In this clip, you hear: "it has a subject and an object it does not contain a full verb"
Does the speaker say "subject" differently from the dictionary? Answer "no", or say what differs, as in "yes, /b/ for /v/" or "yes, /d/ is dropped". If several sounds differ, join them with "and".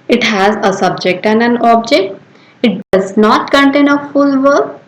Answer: no